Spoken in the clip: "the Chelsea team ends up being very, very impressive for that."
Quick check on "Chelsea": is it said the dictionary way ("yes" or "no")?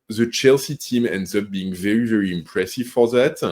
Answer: yes